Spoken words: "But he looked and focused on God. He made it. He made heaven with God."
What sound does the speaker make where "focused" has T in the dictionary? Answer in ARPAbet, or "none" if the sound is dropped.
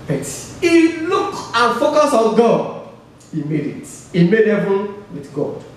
none